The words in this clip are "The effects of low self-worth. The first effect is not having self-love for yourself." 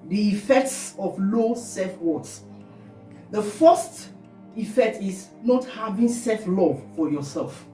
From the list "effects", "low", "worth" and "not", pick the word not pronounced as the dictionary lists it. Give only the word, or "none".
worth